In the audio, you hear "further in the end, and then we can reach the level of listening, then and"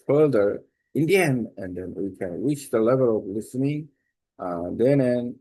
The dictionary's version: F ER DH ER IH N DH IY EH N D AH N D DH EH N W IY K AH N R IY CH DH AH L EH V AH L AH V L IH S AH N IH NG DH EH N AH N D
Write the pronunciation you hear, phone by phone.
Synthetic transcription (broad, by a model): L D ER IH N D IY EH N AH N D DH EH N W IY K AH N R IY CH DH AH L EH V AH L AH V L IH S AH N IH NG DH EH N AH N